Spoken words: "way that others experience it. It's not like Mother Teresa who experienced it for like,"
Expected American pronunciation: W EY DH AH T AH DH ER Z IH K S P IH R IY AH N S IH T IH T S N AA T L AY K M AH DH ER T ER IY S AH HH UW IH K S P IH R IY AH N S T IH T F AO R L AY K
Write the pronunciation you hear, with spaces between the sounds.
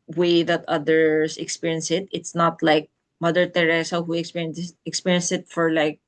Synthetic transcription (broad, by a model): W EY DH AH T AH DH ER S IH K S P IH R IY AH N S IH T IH T S N AA T L AY K M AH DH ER T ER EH S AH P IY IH K S P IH R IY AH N S IH T F AO R L AY K